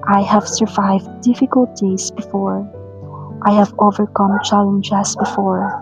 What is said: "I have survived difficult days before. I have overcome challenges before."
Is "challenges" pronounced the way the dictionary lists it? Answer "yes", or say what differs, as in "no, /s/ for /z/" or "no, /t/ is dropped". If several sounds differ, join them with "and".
no, /s/ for /z/